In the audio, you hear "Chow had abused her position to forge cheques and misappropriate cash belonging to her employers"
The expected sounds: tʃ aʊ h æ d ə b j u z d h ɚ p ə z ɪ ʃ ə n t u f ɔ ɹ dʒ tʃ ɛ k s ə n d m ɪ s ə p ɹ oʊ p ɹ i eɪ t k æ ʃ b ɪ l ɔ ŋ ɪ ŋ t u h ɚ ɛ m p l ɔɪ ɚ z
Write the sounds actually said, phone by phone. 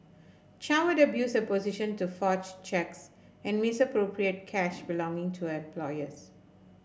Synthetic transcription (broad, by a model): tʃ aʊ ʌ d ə b j u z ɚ p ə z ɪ ʃ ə n t u f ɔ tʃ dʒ tʃ ɛ k s ə n d m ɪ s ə p ɹ oʊ p ɹ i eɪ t k æ ʃ b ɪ l ɔ ŋ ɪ ŋ t u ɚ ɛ m p l ɔɪ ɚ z